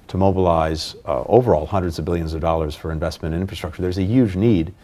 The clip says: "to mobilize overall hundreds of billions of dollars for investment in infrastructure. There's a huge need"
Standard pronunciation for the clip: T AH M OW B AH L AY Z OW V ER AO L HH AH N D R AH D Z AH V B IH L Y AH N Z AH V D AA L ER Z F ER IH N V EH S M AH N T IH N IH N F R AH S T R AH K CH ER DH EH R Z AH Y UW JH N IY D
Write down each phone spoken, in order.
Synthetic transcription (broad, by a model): T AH M OW B AH L AY Z OW V ER AO L HH AH N D R AH D Z AH V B IH L Y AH N Z AH V D AA L ER Z F ER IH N V EH S M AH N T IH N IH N F R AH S T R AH K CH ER DH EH R Z AH Y UW JH N IY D